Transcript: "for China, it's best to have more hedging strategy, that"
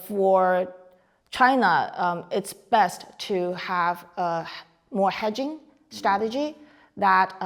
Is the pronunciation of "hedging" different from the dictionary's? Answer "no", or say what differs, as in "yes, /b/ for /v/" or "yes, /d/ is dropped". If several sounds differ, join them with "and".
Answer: no